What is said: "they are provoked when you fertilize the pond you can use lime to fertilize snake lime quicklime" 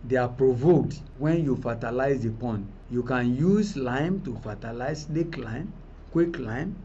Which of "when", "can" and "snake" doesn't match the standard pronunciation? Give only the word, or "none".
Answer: snake